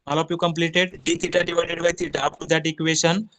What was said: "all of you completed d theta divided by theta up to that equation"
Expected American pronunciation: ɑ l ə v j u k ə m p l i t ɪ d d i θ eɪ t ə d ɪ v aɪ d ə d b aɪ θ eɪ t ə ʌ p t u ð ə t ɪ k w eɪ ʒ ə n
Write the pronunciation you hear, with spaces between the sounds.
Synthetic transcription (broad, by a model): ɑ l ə p j u k ə m p l i t ɪ d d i t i t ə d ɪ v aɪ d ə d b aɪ t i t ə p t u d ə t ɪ k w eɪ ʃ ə n